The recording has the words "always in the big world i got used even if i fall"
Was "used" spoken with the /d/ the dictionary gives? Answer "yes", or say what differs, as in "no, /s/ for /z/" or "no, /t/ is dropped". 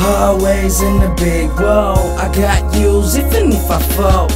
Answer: no, /d/ is dropped